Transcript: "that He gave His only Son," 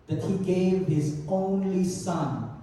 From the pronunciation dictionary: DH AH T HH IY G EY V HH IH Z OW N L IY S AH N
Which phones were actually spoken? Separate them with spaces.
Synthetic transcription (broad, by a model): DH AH T HH IY G EY V HH IH Z OW N L IY S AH N